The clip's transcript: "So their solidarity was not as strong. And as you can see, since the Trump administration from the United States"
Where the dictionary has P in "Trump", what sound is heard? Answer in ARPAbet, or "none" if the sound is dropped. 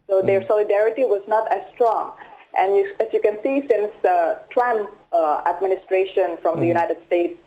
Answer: none